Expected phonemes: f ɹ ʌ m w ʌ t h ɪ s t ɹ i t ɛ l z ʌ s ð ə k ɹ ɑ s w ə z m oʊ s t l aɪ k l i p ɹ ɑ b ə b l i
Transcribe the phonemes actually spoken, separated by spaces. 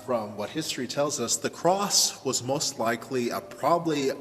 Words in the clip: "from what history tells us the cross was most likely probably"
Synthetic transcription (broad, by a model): f ɹ ʌ m w ʌ t h ɪ s t ɹ i t ɛ l z ʌ s ð ə k ɹ ɑ s w ə z m oʊ s t l aɪ k l i p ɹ ɑ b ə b l i